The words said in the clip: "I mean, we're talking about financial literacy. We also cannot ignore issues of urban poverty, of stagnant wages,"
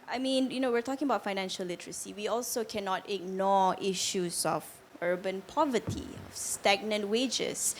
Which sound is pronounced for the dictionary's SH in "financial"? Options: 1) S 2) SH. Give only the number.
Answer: 2